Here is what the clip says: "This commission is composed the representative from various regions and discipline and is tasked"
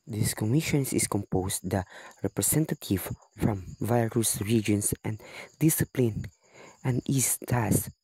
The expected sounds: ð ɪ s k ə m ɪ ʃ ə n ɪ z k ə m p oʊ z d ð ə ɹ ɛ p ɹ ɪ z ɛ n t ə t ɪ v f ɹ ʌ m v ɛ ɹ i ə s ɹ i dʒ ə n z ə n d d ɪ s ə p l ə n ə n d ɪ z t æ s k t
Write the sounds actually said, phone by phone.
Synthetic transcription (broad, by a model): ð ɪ s k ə m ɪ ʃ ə n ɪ s k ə m p oʊ s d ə ɹ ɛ p ɹ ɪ s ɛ n t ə t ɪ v f ɹ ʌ m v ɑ ɹ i s ɹ i dʒ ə n s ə n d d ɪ s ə p l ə n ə n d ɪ s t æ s